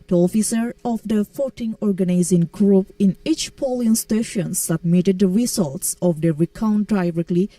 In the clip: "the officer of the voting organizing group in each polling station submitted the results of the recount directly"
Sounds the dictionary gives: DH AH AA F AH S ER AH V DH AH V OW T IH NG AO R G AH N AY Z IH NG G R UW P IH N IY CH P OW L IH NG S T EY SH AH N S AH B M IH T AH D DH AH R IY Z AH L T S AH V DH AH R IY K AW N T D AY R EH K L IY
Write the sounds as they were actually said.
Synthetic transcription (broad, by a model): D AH AA F AH S ER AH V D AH F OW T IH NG AO R G AH N AY Z IH NG G R UW P IH N IY CH P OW L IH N S T EY SH AH N S AH B M IH T AH D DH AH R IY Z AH L T S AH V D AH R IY K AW N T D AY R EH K L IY